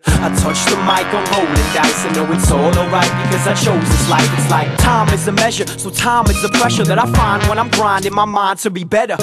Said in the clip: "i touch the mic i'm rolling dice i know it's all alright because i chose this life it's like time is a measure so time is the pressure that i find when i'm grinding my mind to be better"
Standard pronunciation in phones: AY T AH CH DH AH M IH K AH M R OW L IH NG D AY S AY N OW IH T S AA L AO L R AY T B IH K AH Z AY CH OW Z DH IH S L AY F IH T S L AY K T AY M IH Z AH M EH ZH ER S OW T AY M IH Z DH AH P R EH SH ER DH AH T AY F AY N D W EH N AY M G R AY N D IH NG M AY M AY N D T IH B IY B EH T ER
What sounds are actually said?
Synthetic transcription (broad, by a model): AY T AH CH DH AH M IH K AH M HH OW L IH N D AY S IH N OW IH T S AA L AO R AY T B IH K AH Z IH CH OW Z DH IH S L AY F IH T S L AY K T AY M IH Z AH M EH ZH ER S OW T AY M IH Z DH AH P R EH SH ER DH AH T AY F AY N D W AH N AY M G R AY N D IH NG M AY M AY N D T IH B IY B EH T ER